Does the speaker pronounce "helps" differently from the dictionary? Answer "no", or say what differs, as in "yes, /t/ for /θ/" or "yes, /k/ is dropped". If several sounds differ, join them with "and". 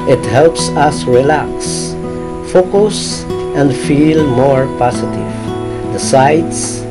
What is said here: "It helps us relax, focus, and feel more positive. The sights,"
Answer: no